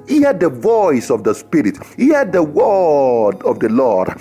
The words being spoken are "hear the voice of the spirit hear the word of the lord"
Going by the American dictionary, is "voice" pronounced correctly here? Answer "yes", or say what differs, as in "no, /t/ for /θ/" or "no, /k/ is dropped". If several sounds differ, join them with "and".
yes